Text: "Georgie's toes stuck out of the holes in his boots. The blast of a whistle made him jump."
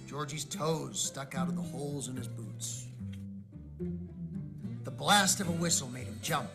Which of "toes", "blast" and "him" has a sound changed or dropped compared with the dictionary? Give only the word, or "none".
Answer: none